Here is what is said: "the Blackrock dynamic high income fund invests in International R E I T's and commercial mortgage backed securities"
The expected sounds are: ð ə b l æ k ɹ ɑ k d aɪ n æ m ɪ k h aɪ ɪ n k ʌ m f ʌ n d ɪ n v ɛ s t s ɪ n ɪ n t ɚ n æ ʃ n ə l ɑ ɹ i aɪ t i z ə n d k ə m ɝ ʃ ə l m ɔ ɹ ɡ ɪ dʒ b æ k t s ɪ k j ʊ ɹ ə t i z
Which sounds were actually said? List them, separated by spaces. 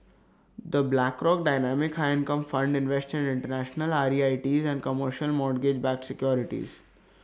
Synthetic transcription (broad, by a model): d ə b l æ k ɹ ɑ k d aɪ n æ m ɪ k h aɪ ɪ n k ʌ m f ʌ n d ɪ n v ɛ s t ɪ n ɪ n t ɚ n æ ʃ n ə l ɑ ɹ i aɪ t i z ə n d k ə m ɝ ʃ ə l m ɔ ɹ ɡ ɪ dʒ b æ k s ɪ k j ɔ ɹ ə t i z